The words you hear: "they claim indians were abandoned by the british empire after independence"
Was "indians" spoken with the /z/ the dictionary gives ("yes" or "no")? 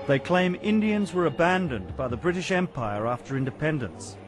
yes